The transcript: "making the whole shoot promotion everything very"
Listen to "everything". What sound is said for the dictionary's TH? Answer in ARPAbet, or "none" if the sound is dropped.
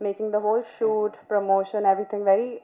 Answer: T